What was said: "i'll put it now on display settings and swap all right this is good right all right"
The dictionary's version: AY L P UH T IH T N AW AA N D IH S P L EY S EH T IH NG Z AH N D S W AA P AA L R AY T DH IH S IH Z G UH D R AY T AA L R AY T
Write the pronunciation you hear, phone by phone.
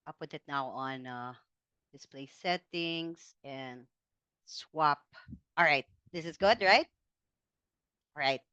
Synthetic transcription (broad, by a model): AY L P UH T IH T N AW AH N D IH S P L EY S EH T IH NG Z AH N S W AA P AA L R AY T DH IH S IH Z G UH D R AY T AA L R AY T